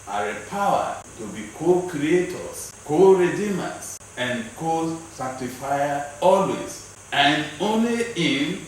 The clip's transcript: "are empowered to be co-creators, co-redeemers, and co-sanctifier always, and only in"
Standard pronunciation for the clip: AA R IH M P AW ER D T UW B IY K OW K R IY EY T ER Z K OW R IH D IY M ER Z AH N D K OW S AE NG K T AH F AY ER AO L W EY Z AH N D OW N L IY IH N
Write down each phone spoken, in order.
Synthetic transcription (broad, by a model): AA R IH P AW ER T UW B IY K OW K R IY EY T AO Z K OW R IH D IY M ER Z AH N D K OW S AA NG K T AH F AY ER AO L W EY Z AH N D OW N L IY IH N